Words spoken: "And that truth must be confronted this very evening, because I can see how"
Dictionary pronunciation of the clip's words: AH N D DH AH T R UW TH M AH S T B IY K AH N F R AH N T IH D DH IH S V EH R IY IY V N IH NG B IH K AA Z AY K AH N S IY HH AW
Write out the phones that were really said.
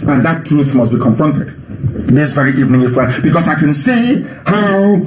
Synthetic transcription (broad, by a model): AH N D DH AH T R UW TH M AH S T B IY K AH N F R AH N T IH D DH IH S V EH R IY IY V N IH NG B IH K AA S AY K AH N S IY HH AW